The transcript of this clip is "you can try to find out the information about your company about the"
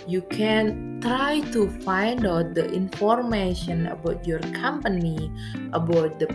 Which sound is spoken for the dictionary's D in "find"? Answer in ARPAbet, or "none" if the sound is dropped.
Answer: D